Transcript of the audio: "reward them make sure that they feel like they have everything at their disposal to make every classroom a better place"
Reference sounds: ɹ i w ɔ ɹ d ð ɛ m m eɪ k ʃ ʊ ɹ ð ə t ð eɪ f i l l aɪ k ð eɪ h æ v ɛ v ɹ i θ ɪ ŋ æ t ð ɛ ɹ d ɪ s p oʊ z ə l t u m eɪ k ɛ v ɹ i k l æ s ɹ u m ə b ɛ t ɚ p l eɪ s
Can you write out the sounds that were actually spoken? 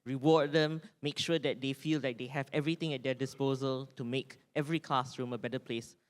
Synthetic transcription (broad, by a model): ɹ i w ɔ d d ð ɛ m m eɪ k ʃ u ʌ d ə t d eɪ f i l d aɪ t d eɪ h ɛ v ɛ v ɹ i t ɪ ŋ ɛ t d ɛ d ɪ s p oʊ z ə l t u m eɪ k ɛ v ɹ i k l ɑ s ɹ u m ə b ɛ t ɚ p l eɪ s